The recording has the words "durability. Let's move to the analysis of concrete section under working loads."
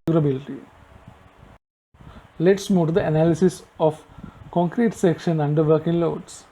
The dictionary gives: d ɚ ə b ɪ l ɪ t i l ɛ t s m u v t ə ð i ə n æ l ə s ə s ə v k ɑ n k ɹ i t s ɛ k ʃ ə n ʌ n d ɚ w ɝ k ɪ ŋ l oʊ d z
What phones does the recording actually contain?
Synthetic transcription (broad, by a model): d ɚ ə b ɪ l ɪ t i l ɛ t s m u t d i ə n æ l ə s ə s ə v k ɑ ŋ k ɹ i t s ɛ k ʃ ə n ʌ n d ɚ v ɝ k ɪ ŋ l oʊ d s